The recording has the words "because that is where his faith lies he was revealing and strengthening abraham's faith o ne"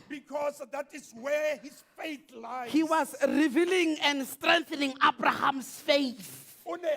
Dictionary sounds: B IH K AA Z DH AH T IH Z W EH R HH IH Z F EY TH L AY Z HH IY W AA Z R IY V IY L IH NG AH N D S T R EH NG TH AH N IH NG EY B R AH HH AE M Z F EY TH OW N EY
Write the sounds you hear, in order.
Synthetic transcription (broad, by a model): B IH K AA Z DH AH T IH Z W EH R HH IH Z F EY TH L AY HH IY W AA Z R IY V IY L IH NG AH N D S T R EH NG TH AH N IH NG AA B R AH HH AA M S F EY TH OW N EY